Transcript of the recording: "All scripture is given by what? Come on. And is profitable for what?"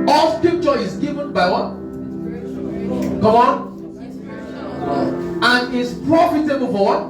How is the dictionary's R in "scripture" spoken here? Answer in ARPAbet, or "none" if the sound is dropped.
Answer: none